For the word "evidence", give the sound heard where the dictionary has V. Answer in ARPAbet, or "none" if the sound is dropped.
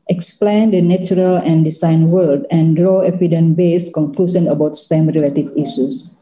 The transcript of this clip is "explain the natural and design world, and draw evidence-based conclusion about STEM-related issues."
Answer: P